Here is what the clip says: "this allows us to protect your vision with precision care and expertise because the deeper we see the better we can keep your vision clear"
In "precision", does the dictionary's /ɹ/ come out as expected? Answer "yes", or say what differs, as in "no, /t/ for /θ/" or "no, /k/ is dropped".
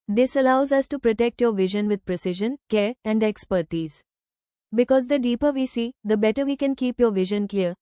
yes